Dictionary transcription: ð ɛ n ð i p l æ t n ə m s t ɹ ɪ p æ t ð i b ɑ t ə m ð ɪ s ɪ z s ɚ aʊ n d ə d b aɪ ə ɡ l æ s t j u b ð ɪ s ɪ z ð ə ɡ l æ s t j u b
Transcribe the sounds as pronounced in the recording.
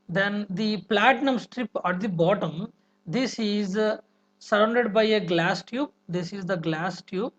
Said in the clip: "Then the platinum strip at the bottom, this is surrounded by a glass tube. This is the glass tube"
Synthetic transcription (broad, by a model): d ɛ n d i p l æ t n ə m s t ɹ ɪ p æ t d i b ɑ t ə m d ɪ s ɪ z s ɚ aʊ n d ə d b aɪ ə ɡ l æ s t j u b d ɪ s ɪ z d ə ɡ l æ s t j u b